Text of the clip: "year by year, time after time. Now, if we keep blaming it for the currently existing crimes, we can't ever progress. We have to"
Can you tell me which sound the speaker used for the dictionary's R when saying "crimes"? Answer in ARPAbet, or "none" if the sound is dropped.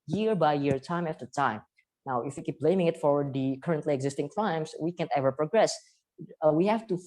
L